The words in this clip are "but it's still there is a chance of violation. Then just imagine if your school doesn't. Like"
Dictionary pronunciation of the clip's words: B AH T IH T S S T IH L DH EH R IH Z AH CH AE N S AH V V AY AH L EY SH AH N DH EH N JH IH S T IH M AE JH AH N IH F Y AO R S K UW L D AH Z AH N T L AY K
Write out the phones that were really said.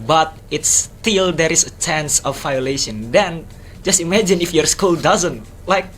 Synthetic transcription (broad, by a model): B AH T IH T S S T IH L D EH R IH S AH CH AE N S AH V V AY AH L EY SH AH N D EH N JH IH S T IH M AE JH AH N IH F Y AO R S K UW L D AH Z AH N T L AY K